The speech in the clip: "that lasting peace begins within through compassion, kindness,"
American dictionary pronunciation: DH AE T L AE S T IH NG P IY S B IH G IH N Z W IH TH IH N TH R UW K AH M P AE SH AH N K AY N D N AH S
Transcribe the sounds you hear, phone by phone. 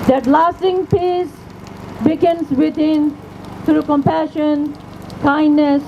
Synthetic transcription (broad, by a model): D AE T L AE S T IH NG P IY S B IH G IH N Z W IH T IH N T R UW K AH M P AE SH AH N K AY N D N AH S